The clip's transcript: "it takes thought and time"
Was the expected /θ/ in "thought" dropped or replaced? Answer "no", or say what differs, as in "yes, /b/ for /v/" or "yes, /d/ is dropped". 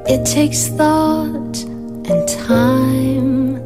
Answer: no